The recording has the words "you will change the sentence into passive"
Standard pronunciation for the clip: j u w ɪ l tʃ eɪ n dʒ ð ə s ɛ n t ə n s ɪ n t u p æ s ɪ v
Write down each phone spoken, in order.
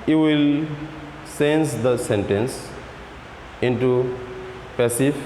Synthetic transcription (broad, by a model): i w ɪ l s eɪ n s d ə s ɛ n t ə n s ɪ n t u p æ s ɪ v